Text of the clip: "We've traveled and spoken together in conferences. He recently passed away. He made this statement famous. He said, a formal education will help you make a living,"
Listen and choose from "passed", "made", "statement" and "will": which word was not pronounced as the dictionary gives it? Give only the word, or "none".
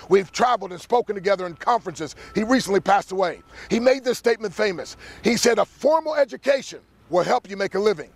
none